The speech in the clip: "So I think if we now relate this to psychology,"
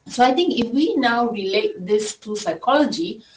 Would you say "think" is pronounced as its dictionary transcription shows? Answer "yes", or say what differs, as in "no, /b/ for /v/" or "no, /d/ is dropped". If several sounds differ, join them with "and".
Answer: no, /t/ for /θ/